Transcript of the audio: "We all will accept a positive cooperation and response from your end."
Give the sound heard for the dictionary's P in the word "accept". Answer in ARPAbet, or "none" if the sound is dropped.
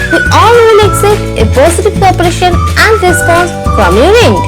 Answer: none